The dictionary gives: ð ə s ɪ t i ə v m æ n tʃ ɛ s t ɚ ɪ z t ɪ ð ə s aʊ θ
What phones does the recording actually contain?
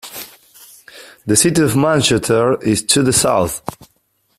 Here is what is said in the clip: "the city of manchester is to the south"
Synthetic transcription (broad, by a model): ð ə s ɪ t i ə v m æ n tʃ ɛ t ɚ ɪ z t ɪ ð ə s aʊ θ